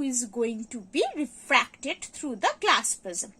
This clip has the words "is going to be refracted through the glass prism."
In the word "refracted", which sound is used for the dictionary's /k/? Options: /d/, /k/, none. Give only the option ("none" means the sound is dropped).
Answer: /k/